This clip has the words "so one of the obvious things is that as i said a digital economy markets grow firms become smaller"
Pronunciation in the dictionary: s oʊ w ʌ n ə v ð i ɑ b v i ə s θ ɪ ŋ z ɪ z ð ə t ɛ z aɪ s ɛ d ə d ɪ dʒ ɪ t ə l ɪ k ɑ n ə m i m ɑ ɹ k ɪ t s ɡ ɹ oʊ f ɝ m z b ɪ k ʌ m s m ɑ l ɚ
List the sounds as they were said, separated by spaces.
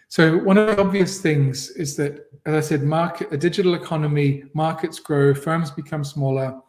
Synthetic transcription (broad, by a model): s oʊ w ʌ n ə v ð i ɑ b v i ə s θ ɪ ŋ z ɪ z ð ə t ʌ z aɪ s ɛ d ə d ɪ dʒ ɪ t l ɪ k ɑ n ə m i m ɑ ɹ k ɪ t s ɡ ɹ oʊ f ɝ m z b ɪ k ʌ m s m ɑ l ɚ